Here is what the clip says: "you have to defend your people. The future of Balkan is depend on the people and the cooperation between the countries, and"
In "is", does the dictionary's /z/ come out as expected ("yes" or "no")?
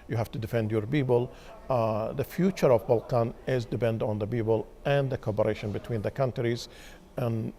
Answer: yes